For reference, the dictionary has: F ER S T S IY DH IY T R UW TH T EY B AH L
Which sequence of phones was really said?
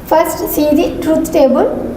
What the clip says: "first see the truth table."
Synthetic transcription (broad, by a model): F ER S T S IY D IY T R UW T T EY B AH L